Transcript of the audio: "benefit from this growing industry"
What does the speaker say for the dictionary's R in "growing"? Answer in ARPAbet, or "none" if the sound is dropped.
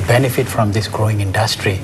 R